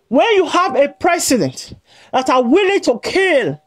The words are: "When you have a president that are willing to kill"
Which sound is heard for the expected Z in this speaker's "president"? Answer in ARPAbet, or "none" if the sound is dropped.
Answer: S